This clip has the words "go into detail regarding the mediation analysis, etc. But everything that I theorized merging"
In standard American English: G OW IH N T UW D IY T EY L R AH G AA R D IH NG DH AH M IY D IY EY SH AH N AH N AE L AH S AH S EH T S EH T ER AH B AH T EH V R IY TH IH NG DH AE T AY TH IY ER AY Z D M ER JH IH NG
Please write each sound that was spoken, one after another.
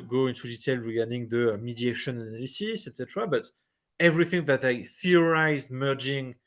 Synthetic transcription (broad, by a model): G OW IH N T UW D IY T EY L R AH G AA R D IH NG DH AH M IY D IY EY SH AH N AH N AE L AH S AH S EH T S EH T ER AH B AH T EH V R IY TH IH NG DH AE T AY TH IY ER AY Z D M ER JH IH NG